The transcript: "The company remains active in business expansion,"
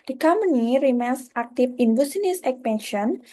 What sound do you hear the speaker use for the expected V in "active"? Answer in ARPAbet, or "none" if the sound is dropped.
F